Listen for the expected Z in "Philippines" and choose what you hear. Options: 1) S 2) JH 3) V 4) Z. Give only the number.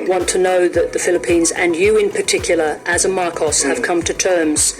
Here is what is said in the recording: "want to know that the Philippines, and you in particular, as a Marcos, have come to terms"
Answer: 4